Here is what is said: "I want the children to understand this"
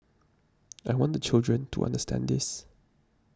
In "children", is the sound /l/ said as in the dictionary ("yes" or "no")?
yes